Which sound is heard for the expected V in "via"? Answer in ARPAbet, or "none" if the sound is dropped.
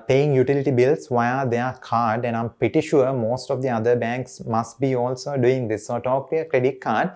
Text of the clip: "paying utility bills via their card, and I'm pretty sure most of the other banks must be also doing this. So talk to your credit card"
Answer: V